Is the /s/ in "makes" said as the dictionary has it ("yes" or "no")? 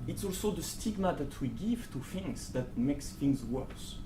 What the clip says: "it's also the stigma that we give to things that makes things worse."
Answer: yes